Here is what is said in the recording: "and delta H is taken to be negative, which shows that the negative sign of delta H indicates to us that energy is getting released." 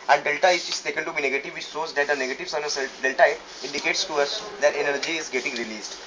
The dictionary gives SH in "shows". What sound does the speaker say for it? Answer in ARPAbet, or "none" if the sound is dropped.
S